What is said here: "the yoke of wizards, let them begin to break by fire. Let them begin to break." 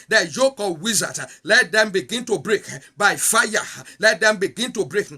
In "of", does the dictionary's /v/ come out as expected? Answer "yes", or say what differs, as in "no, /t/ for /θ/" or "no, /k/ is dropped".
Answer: no, /p/ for /v/